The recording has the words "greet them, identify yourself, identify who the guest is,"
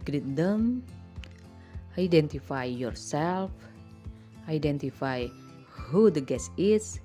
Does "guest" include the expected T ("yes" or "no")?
no